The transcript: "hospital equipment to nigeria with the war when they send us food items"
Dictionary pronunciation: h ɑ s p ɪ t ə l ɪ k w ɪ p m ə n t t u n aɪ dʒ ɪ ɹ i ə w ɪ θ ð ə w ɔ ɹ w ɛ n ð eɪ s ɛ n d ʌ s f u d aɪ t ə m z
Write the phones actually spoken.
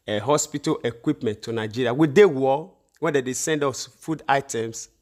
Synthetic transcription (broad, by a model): h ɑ s p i t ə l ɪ k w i p m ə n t t u n aɪ dʒ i ɹ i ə w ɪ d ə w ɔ w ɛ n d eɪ s ɛ n d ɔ s f u d aɪ t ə m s